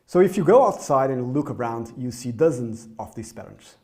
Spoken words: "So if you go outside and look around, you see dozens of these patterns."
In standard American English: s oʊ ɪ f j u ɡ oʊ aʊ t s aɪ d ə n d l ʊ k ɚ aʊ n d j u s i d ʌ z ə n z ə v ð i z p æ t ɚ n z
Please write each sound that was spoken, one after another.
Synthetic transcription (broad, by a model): s oʊ ɪ f j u ɡ oʊ aʊ t s aɪ d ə n l ʊ k ɚ aʊ n d j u s i d ʌ z ə n z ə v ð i s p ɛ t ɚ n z